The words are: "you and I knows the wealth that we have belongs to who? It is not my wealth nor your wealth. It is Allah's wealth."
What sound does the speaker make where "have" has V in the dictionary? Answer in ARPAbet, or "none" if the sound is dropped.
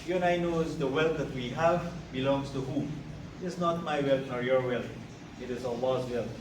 V